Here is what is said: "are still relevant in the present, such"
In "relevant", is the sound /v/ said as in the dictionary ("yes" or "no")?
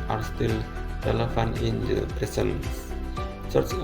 no